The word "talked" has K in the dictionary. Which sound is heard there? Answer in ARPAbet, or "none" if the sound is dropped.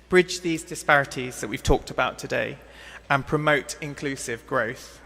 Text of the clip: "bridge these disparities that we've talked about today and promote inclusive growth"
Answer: K